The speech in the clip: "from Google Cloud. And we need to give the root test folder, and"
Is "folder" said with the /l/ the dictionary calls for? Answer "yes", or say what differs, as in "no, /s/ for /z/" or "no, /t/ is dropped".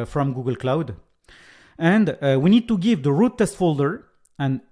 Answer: yes